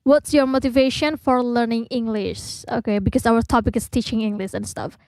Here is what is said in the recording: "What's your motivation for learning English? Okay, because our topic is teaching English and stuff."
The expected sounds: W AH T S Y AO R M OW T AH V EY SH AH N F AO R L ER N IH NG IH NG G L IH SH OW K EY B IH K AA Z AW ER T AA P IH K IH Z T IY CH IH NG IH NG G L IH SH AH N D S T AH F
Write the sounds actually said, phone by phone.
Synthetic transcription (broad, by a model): W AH T S Y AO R M OW T AH V EY SH AH N F AO R L ER N IH NG IH NG G L IH SH OW K EY B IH K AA S AW ER T AA P IH K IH S T IY CH IH NG IH NG G L IH SH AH N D S T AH F